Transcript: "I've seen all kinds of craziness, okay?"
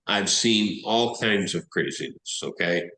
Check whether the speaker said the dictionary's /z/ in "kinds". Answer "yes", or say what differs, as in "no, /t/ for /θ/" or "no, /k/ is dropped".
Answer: yes